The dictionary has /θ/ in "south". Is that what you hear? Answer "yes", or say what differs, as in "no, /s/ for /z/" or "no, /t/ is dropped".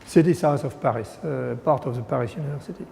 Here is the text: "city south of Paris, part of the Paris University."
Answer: no, /s/ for /θ/